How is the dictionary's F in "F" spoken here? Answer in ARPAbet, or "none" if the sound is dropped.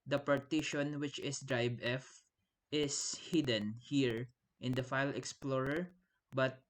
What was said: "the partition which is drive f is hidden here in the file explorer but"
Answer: F